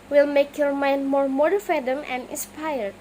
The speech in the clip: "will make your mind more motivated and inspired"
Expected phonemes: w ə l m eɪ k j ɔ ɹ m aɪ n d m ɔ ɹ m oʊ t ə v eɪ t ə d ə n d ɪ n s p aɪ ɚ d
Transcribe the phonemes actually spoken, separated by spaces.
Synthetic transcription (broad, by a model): w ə l m eɪ k j ɔ ɹ m aɪ n d m ɔ ɹ m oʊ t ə f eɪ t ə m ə n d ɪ n s p aɪ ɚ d